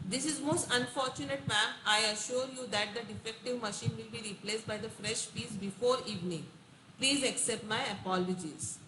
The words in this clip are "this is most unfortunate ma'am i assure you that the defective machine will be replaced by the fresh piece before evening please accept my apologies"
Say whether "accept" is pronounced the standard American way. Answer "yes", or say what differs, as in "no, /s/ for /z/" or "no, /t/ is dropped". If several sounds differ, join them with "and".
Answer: yes